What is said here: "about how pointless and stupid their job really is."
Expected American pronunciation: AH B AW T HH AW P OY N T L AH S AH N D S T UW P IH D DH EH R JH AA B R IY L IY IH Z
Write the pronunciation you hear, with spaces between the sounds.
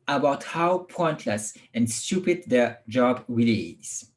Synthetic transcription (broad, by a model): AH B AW T HH AW P OY N T L AH S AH N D S T UW P IH D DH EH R JH AA B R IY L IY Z